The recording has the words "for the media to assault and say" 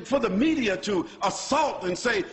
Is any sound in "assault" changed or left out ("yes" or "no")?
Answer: no